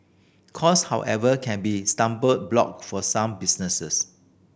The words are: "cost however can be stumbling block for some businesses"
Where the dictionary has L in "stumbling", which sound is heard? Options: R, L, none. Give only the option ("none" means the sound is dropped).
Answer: none